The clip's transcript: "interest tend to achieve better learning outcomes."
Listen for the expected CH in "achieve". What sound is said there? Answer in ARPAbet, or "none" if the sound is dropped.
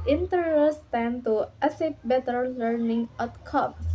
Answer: S